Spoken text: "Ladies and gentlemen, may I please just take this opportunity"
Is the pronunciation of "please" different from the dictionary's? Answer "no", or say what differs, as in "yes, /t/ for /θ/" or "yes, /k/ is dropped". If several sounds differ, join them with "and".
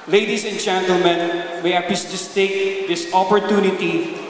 yes, /l/ is dropped and /s/ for /z/